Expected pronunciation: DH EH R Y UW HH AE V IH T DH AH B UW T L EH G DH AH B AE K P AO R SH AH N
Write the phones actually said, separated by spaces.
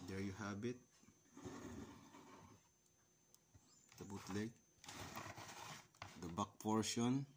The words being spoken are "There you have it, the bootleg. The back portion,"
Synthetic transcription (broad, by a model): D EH R Y UW HH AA B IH T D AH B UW T L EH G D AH B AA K P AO R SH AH N